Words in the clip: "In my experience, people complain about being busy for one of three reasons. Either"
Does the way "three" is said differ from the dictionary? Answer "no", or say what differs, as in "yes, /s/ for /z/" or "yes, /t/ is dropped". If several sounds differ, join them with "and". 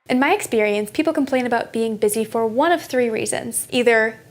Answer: no